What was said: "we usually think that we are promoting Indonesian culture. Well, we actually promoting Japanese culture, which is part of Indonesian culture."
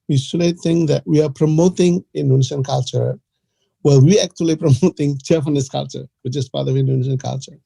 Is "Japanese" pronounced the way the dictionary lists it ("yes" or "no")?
no